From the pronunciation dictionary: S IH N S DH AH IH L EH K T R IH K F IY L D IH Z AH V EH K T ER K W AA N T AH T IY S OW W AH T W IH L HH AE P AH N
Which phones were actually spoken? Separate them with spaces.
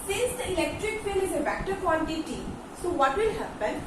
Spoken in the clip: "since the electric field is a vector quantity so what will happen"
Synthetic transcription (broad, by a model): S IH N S IH L EH K T R IH K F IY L IH Z AH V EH K T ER K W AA N T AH T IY S OW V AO T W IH L HH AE P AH N